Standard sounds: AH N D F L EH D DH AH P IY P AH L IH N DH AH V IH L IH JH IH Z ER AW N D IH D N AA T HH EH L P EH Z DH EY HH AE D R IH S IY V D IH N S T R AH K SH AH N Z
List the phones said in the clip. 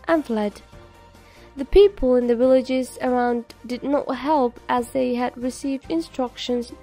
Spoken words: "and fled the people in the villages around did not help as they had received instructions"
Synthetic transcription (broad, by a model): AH N F L EH D DH AH P IY P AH L IH N DH AH V IH L IH JH IH Z ER AW N D IH D N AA T HH EH L P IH Z DH EY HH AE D R IH S IY V D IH N S T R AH K SH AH N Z